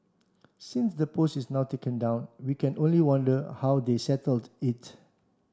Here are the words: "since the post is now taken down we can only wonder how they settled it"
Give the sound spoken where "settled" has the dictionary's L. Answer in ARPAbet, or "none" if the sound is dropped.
L